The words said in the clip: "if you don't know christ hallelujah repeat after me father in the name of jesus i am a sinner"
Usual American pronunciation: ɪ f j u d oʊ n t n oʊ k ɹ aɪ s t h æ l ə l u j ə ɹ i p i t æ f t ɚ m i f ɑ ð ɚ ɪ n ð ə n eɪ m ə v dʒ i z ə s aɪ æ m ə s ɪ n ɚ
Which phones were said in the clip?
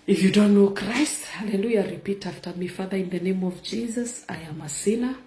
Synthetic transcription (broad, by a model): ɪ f j u d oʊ n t n oʊ k ɹ aɪ s t h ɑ l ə l u j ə ɹ i p i t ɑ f t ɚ m i f ɑ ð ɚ ɪ n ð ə n eɪ m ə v dʒ i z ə s aɪ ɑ m ə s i n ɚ